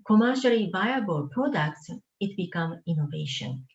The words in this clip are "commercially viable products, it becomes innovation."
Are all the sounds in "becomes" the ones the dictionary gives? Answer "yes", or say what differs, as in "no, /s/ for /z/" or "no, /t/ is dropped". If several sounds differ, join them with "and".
no, /z/ is dropped